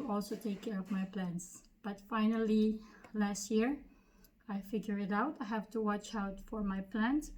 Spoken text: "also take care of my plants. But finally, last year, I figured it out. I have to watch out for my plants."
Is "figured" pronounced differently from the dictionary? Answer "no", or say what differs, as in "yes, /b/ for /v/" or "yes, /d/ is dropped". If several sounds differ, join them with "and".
yes, /d/ is dropped